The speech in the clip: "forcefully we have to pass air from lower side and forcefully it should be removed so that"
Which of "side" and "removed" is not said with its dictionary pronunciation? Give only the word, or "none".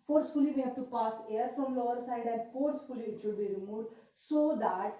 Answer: removed